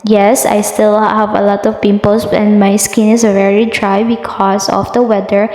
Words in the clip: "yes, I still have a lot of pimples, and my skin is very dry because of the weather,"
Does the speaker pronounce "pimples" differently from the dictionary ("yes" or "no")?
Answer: yes